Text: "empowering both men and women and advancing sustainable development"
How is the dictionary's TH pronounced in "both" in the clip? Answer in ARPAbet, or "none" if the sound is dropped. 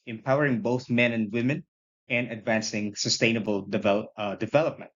TH